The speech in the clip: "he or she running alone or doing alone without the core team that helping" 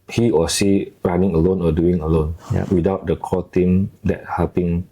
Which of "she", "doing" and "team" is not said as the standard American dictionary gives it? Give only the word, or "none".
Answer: she